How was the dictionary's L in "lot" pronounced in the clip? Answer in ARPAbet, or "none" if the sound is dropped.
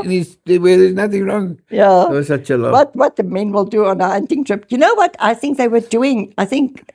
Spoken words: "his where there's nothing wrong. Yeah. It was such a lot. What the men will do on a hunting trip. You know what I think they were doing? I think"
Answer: W